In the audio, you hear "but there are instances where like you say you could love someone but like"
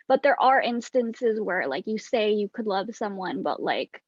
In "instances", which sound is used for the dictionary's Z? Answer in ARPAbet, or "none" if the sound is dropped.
Z